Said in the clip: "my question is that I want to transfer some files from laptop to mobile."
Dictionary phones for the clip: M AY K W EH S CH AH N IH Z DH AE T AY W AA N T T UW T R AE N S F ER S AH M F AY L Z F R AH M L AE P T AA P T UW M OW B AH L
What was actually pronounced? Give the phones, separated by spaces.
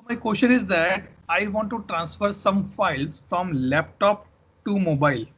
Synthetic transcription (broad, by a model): M AY K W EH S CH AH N IH Z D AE T AY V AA N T T UW T R AE N S F ER S AH M F AY L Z F R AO M L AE P T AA P T UW M OW B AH L